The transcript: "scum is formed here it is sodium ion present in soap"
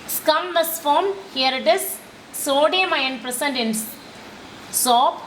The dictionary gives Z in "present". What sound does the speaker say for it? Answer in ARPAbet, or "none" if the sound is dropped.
S